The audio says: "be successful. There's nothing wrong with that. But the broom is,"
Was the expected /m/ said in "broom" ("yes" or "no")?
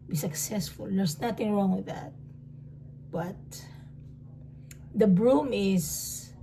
yes